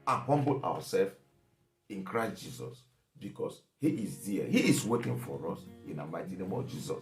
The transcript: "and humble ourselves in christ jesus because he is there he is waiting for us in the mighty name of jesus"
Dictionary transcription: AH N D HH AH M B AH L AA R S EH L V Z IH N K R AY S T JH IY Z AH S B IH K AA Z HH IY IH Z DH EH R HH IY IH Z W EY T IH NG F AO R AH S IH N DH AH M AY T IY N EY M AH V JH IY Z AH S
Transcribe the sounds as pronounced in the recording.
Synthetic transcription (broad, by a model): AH N HH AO M B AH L AA W S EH L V IH N K R AY S T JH IY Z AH S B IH K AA S HH IY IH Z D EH HH IY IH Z W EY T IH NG F AO R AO S IH N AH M AY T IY N EY M AH V JH IY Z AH S